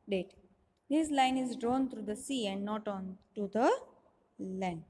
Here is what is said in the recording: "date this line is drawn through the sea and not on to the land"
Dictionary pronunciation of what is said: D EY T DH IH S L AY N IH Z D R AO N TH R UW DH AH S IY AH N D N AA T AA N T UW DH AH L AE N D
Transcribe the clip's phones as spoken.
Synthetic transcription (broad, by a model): D EY T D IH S L AY N IH Z D R AO N T R UW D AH S IY AH N D N AA T AA N T UW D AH L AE N D